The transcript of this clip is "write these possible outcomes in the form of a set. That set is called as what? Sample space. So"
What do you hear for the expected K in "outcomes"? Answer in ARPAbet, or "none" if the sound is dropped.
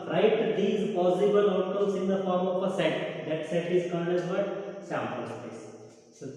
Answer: none